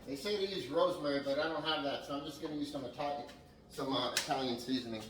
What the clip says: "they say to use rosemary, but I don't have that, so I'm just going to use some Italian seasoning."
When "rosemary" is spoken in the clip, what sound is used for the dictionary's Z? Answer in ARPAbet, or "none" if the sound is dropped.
Z